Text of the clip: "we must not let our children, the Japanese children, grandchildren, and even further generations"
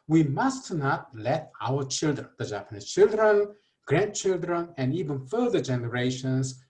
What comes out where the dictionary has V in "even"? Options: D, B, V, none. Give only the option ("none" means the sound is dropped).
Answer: V